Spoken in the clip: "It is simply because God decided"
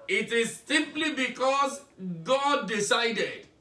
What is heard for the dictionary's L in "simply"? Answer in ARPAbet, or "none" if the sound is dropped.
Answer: L